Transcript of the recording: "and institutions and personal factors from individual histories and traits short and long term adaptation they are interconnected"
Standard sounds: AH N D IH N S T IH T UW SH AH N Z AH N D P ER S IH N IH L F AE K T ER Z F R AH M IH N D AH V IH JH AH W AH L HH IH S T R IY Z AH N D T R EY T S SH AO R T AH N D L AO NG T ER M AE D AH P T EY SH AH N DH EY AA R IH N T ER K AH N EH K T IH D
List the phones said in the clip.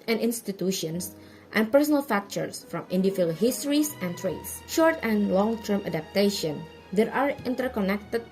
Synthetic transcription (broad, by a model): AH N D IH N S T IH T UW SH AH N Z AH N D P ER S IH N IH L F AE K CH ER S F R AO M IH N D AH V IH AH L HH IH S T R IY S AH N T R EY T S SH AO R T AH N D L AO NG T ER M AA D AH P T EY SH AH N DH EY AA R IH N T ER K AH N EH K T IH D